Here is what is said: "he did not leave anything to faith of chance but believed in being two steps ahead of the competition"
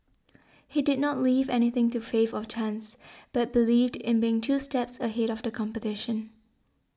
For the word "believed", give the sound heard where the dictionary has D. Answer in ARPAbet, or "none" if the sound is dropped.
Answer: D